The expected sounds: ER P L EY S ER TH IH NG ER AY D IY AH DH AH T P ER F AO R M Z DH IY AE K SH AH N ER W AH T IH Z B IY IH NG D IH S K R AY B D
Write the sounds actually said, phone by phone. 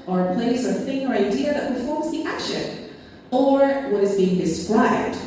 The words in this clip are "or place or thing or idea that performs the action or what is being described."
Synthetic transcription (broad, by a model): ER P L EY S ER TH IH NG ER AY D IY AH DH AH T P ER F AO R M Z DH IY AE K SH AH N ER W AH T IH Z B IY IH NG D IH S K R AY B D